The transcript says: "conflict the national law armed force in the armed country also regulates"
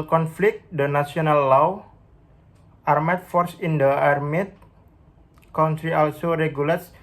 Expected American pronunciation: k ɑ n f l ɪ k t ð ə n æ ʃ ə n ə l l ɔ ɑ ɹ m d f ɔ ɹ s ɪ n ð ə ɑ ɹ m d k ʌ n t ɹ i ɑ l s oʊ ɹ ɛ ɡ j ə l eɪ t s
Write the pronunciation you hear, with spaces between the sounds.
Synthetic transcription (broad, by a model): k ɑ n f l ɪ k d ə n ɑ s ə n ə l l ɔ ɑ ɹ m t f ɔ ɹ s ɪ n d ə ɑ ɹ m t k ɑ n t ɹ i ɑ l s oʊ ɹ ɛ ɡ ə l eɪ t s